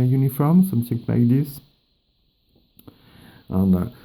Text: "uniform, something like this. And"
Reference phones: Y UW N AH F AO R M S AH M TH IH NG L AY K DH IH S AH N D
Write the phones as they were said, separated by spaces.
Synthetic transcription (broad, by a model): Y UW N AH F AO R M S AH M S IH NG N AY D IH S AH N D